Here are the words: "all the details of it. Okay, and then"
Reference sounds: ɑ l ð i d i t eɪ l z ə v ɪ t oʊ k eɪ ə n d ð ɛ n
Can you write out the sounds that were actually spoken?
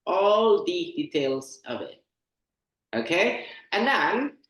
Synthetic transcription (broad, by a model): ɑ l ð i d i t eɪ l z ə v ɪ t oʊ k eɪ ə n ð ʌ n